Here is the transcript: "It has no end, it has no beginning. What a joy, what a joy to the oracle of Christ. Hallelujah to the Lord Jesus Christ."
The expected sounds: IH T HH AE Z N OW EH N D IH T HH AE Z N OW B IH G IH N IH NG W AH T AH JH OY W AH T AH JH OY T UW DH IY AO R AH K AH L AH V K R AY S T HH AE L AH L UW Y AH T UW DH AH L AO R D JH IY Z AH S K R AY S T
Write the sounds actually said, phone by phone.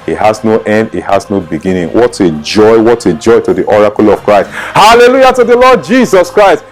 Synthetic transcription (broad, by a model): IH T HH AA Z N OW EH N D IH T HH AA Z N OW B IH G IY N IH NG W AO T AH JH OY W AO T AH JH OY T UW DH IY AO R AH K AH L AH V K R AY S T HH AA L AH L UW Y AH T UW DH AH L AO D JH IY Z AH S K R AY S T